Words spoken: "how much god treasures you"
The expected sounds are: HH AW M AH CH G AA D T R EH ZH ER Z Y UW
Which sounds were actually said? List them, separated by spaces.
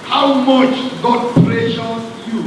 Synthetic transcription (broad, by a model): HH AW M AH CH G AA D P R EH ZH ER Y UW